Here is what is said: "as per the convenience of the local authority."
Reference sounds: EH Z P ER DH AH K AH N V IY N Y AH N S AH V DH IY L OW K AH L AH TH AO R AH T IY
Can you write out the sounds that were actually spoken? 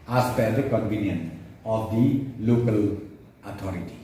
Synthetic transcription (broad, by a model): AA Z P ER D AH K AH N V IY N Y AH N AH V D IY L OW K AH L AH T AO R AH T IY